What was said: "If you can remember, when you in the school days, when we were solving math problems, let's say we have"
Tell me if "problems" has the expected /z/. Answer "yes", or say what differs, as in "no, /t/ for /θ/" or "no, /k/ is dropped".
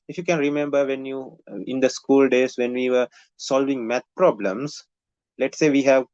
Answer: no, /s/ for /z/